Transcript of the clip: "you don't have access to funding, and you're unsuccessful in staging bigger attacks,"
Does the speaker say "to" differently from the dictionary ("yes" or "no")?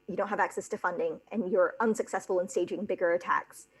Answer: no